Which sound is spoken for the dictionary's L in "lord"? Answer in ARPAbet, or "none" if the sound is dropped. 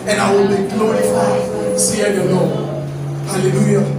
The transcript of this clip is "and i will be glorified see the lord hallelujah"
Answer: N